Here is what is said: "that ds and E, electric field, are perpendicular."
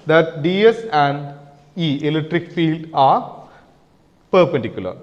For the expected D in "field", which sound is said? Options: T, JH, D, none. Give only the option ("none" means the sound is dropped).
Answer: D